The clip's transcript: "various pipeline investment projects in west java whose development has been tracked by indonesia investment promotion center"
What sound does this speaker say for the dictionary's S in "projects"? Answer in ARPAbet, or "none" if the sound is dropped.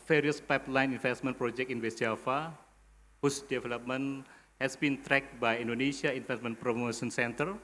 none